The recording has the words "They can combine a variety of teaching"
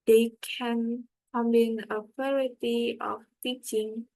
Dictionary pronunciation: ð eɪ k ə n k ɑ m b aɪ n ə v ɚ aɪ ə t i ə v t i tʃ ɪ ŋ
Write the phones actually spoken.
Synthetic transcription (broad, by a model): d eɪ k ə n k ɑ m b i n ə p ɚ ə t i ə f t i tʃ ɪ ŋ